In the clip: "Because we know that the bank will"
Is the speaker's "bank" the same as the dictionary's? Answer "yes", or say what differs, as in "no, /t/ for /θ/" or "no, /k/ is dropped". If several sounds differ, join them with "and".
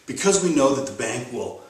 yes